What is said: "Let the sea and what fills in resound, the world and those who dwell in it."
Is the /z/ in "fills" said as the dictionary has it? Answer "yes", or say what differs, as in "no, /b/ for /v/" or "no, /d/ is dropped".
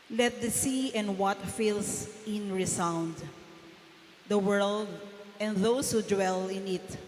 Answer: no, /s/ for /z/